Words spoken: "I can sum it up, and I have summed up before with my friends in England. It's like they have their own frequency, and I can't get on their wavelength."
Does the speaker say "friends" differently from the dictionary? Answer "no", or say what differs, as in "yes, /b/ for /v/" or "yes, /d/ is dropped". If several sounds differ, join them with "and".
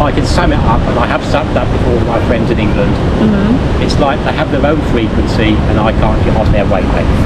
no